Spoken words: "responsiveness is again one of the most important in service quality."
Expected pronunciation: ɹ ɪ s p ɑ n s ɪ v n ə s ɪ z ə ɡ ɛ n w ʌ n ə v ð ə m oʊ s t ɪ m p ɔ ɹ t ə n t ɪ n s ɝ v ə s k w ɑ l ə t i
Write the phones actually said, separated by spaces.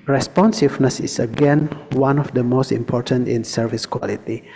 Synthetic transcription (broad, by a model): ɹ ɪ s p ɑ n s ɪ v n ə s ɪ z ə ɡ ɛ n w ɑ n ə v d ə m oʊ s t ɪ m p ɔ ɹ t ə n t ɪ n s ɝ v ə s k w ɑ l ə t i